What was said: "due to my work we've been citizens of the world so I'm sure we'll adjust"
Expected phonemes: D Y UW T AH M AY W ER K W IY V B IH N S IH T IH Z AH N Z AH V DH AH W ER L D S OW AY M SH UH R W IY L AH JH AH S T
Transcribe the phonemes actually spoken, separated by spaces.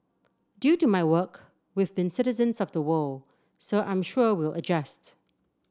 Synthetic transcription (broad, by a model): D Y UW T AH M AY W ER K W IY V B IH N S IH T IH Z AH N Z AH V DH AH W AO L S OW AY M SH UH R W IY L AH JH AH S T